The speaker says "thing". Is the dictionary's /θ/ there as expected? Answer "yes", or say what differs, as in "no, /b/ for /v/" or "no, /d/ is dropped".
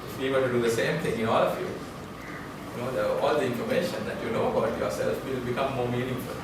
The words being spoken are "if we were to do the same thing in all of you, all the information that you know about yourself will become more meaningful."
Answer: no, /t/ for /θ/